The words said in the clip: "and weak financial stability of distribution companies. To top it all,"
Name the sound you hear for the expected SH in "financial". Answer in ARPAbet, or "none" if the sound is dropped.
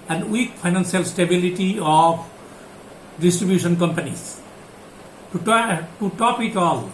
S